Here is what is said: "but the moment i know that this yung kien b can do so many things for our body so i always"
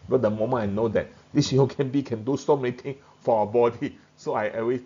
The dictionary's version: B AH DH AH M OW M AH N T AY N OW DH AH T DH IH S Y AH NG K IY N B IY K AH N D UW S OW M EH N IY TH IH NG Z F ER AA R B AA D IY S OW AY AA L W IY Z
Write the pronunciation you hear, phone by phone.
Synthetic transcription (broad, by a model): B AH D AH M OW M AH N AY N OW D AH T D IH S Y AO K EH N B IY K AH N D UW S OW M EH N IY T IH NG F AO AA B AA D IY S OW AY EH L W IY